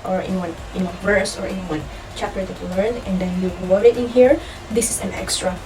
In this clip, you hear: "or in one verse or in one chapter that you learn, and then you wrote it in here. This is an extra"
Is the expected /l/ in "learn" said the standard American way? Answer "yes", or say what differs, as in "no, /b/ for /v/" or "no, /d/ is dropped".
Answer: yes